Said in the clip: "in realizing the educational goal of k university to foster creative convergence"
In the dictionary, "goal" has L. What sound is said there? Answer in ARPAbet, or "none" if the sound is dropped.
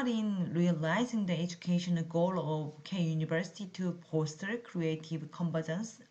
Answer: L